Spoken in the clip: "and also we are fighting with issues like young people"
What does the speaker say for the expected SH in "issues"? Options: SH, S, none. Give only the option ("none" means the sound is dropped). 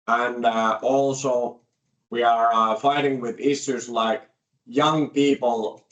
S